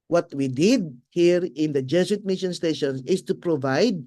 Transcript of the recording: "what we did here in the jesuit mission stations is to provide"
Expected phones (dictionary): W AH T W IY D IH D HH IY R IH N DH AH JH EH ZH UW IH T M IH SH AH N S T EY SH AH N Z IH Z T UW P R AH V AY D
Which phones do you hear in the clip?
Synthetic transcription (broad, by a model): W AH T W IY D IH D HH IY R IH N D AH JH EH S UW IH T M IH SH AH N S T EY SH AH N S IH S T UW P R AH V AY D